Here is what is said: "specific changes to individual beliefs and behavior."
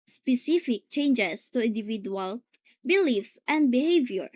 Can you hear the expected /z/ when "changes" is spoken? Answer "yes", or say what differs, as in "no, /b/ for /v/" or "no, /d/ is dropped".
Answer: no, /s/ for /z/